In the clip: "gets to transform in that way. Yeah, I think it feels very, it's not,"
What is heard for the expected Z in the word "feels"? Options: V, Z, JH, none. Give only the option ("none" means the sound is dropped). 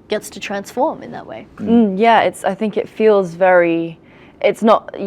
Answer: Z